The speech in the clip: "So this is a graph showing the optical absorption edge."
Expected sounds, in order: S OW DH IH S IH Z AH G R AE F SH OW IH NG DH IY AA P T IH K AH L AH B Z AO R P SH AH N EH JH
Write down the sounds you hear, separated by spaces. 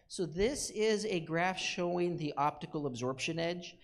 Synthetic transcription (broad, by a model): S OW DH IH S IH Z AH G R AE F SH OW IH NG DH IY AA P T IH K L AH B Z AO R P SH AH N EH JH